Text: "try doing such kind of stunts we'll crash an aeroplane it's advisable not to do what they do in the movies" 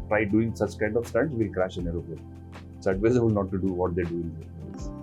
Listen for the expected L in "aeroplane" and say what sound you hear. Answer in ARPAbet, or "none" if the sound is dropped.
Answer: none